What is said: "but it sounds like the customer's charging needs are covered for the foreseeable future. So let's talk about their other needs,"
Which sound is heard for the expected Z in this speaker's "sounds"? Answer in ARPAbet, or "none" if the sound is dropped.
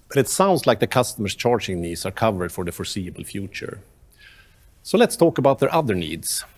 S